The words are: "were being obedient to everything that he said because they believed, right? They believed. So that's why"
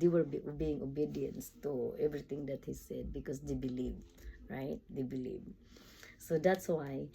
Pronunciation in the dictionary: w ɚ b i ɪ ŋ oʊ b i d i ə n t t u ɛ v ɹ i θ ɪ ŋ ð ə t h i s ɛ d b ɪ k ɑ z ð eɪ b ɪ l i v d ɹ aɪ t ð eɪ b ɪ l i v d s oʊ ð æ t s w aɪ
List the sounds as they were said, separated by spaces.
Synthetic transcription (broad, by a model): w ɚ b i ɪ ŋ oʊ b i d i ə n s t u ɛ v ɹ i t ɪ ŋ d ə t h i s ɛ d b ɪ k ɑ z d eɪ b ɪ l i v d ɹ aɪ t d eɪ b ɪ l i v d s oʊ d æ t s w aɪ